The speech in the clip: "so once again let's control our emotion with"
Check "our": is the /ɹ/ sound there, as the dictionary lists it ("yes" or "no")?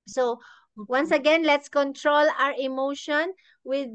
yes